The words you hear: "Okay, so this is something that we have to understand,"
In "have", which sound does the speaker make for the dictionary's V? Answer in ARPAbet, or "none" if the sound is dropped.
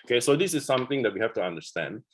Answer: F